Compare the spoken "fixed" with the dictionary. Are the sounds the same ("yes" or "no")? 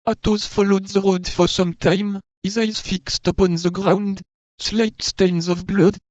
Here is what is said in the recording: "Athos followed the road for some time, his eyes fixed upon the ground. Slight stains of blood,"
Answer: yes